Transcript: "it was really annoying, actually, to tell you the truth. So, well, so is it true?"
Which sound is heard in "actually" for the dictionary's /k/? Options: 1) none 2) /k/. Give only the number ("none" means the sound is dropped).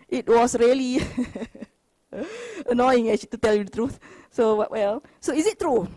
1